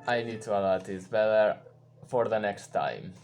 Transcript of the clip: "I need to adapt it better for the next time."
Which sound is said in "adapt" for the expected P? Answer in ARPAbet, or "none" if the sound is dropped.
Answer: none